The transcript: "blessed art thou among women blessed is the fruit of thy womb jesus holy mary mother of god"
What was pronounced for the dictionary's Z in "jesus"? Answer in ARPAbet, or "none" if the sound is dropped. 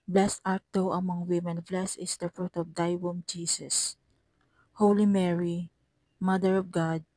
S